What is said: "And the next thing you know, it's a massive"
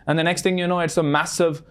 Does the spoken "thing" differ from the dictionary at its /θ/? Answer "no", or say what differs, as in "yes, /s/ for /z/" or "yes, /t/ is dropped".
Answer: no